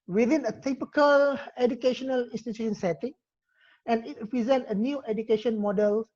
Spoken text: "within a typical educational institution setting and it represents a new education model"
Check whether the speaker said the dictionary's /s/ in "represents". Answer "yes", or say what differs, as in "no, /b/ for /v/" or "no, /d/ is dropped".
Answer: no, /s/ is dropped